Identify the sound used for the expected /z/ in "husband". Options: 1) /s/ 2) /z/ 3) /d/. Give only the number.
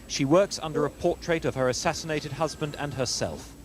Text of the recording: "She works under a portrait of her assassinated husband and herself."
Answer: 2